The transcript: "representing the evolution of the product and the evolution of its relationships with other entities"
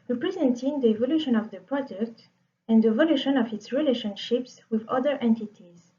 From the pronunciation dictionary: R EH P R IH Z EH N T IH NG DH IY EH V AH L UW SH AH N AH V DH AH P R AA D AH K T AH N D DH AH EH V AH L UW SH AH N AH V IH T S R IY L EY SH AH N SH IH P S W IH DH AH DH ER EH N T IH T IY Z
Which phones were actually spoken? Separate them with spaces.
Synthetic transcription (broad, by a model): R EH P R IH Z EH N T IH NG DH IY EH V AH L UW SH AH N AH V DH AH P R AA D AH K T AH N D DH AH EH V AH L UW SH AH N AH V IH T S R IY L EY SH AH N SH IH P S W IH DH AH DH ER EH N T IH T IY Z